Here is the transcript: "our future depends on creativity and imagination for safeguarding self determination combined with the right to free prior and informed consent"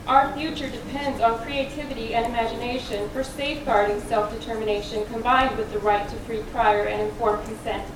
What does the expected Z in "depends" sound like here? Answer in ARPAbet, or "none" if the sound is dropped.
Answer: Z